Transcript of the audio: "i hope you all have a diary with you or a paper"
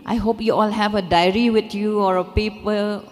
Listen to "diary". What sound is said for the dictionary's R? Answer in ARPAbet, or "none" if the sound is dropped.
R